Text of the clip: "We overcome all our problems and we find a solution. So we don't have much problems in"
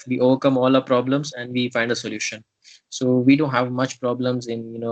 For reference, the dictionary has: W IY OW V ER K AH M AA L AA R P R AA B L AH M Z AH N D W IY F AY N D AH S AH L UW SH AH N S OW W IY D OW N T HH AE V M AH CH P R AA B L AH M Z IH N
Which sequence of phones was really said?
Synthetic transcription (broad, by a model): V IY OW V ER K AH M AA L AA P R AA B L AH M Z AH N D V IY F AY N D AH S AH L UW SH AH N S OW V IY D OW N T HH AE V M AH CH P R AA B L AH M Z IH N